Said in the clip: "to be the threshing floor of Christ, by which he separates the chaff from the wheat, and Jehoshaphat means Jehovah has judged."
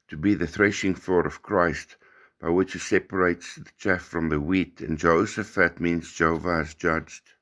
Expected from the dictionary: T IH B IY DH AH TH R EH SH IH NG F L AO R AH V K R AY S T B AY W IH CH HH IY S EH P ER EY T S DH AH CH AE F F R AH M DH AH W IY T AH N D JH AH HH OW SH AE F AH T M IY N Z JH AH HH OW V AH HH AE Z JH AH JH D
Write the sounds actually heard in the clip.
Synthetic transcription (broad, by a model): T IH B IY DH AH TH R EH SH IH NG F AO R AH V K R AY S T B AY W IH CH HH IY S EH P ER EY T S DH AH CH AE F F R AH M DH AH W IY T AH N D JH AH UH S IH F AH T M IY N Z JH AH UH V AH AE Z JH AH JH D